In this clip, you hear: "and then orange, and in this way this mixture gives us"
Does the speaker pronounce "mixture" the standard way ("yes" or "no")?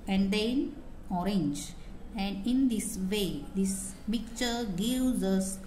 no